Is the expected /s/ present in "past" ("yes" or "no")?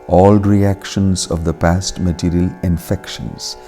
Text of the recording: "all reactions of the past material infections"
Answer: yes